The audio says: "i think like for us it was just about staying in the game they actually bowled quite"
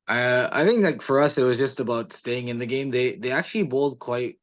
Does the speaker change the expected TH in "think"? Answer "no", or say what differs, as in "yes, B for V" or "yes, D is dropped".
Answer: no